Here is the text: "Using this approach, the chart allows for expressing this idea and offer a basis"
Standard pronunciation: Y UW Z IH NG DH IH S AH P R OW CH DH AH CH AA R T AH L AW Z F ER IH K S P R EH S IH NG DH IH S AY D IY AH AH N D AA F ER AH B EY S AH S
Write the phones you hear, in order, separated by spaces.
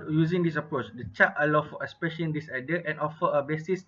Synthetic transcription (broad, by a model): Y UW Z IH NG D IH S AH P R OW CH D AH CH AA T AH L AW F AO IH S P EH SH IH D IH S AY D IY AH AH N AA F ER AH B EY S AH S